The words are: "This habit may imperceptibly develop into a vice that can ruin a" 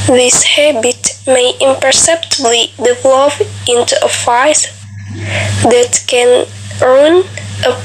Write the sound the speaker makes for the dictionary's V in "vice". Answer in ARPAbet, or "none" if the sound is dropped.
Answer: F